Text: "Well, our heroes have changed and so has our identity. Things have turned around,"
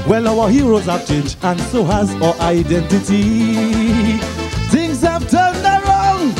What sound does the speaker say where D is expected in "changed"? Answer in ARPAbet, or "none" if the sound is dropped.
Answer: none